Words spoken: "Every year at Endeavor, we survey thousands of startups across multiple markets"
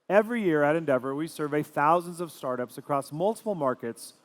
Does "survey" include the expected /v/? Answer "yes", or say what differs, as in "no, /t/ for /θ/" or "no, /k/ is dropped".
yes